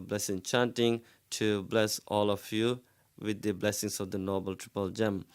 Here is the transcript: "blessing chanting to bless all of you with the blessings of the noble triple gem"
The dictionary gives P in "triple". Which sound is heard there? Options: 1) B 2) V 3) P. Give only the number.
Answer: 3